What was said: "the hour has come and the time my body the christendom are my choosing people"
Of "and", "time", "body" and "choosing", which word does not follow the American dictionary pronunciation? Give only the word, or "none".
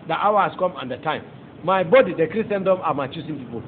choosing